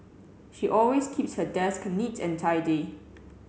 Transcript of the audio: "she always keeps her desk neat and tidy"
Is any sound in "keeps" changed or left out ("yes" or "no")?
no